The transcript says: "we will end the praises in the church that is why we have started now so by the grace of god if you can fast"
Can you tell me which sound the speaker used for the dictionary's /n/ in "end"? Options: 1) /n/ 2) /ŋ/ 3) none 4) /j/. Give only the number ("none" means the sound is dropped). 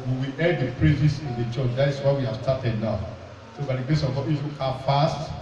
3